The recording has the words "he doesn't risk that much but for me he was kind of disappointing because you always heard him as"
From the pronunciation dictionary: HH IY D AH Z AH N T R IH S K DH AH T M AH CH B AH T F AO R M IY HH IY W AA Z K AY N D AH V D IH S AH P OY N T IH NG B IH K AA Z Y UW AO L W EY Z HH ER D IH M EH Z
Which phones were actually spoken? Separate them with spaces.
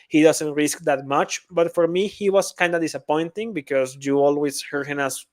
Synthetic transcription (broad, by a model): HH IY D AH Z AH N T R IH S K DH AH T M AH CH B AH T F AO R M IY HH IY W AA S K AY N D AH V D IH S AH P OY N T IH NG B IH K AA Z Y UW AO L W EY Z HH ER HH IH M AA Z